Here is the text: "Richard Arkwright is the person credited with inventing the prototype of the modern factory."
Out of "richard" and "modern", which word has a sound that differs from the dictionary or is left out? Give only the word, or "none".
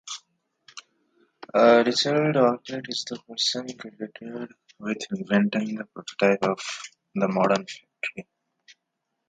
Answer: richard